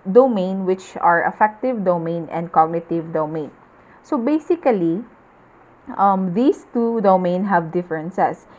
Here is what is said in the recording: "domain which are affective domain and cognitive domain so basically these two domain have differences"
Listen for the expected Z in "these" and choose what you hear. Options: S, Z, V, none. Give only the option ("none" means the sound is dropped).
S